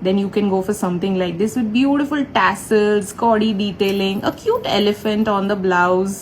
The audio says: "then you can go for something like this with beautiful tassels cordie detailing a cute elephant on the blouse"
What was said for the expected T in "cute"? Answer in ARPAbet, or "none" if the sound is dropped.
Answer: T